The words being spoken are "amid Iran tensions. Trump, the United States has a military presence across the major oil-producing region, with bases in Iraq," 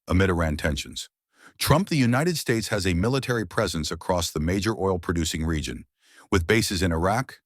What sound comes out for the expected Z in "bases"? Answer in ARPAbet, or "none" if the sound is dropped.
Z